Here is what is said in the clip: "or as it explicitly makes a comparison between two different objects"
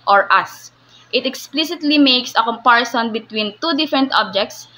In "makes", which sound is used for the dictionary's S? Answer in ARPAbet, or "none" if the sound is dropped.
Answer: S